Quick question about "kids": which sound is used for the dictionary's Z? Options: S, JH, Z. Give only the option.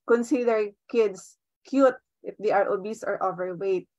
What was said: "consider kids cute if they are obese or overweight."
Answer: S